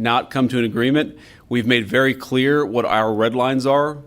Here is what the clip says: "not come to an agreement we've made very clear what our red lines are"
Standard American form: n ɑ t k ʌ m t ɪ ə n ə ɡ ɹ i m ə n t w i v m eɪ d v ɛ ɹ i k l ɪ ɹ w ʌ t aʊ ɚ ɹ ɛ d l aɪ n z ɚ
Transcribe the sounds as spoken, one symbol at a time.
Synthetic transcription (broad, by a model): n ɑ t k ʌ m t ɪ ə n ə ɡ ɹ i m ə n t w i v m eɪ d v ɛ ɹ i k l ɪ ɹ w ʌ t aʊ ɚ ɹ ɛ d l aɪ n z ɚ